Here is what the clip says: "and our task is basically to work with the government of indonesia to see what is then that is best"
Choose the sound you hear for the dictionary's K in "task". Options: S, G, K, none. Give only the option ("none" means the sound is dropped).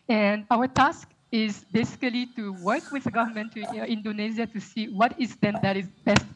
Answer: K